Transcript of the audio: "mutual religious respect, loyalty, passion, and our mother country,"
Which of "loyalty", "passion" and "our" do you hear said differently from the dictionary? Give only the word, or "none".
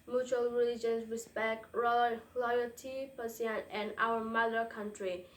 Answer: passion